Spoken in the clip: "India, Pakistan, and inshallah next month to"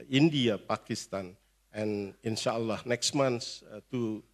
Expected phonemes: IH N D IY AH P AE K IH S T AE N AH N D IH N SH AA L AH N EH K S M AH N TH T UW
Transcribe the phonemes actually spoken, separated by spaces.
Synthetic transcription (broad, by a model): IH N D IY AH P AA K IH S T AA N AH N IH N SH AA L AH N EH K S M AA N S T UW